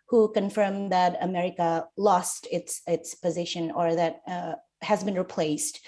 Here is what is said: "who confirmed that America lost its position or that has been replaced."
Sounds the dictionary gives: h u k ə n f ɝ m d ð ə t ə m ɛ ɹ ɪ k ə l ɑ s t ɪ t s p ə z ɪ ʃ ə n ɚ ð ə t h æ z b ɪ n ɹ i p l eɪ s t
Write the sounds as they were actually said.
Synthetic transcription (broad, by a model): h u k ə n f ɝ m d ð ə t ə m ɛ ɹ ɪ k ə l ɑ s t ɪ t s p ə z ɪ ʃ ə n ɚ ð ə t h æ z b ɪ n ɹ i p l eɪ s t